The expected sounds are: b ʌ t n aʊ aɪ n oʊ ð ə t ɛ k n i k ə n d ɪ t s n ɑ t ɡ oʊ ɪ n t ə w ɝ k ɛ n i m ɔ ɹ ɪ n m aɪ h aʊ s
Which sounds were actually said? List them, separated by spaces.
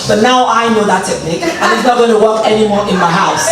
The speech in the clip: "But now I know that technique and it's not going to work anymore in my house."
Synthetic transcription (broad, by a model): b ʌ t n aʊ aɪ n oʊ ð ə t ɛ k n i k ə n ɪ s n ɑ t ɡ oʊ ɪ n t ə w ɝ k ɛ n i m ɔ ɹ ɪ n m aɪ h aʊ s